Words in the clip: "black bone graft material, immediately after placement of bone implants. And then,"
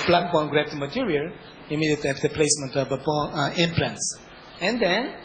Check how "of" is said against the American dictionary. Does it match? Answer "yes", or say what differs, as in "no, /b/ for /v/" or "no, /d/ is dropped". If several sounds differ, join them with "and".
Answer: no, /b/ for /v/